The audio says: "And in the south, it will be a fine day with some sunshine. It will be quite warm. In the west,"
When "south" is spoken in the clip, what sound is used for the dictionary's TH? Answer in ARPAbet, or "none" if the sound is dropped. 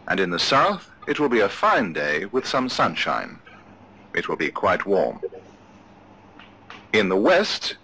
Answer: TH